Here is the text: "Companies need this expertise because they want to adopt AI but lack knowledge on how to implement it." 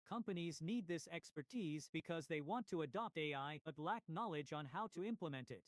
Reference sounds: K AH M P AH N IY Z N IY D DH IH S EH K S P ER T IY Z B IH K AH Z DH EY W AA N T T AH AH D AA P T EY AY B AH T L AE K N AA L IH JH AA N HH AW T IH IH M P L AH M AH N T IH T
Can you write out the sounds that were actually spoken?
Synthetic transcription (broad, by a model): K AH M P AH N IY Z N IY D DH IH S EH K S P ER T IY Z B IH K AH Z DH EY W AA N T T AH AH D AA P T EY AY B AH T L AE K N AA L IH JH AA N HH AW T IH IH M P L AH M AH N T IH T